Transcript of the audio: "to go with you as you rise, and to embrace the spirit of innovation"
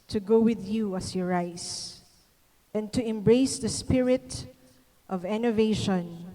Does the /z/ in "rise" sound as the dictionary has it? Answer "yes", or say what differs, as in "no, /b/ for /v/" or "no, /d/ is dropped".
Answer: no, /s/ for /z/